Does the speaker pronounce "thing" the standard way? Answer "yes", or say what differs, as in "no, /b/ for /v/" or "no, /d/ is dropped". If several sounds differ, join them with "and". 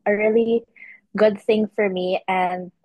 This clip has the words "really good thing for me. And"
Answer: yes